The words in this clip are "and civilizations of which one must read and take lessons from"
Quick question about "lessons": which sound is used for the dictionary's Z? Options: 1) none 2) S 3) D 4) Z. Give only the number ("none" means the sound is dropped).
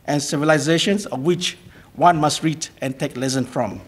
1